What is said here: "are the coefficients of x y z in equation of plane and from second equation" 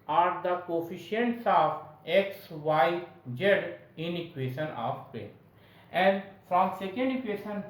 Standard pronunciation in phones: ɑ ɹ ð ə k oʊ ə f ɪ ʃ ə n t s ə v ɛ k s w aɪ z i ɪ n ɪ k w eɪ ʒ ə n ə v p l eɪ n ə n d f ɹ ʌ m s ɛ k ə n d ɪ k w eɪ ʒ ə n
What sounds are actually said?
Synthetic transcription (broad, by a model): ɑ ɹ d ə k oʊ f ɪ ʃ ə n t s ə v ɛ k s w aɪ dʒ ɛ ɪ n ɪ k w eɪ ʃ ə n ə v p eɪ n ə n d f ɹ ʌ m s ɛ k ə n d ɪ k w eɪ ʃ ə n